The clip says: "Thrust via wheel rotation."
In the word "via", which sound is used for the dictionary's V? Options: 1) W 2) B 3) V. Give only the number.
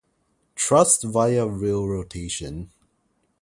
3